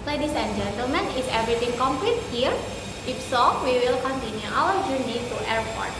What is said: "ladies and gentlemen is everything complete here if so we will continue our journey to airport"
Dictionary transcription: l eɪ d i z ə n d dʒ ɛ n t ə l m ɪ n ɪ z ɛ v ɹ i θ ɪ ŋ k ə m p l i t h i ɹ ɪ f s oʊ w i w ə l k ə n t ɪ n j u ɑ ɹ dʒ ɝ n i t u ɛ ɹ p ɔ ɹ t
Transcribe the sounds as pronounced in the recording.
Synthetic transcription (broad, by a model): l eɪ d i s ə n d dʒ ɛ n t ə l m ɪ n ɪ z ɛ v ɹ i t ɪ ŋ k ə m p l i t h i ɹ ɪ f s oʊ w i w ə l k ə n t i n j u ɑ l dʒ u n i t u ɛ ɹ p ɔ ɹ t